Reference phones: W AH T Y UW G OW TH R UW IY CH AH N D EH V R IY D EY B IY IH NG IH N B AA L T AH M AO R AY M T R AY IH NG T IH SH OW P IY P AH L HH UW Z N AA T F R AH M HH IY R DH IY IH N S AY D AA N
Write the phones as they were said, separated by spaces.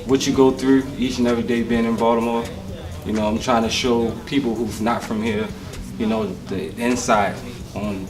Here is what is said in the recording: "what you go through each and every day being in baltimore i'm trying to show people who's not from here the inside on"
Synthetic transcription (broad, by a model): W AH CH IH G OW TH R UW IY CH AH N EH V R IY D EY B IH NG IH N B AA T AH M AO R AY M T R AY IH NG T IH SH OW P IY P L HH UW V N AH T F R AH M HH IY R DH IY IH N S AY D N